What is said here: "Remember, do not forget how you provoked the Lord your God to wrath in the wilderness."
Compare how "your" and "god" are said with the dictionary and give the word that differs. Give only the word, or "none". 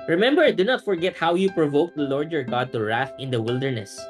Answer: none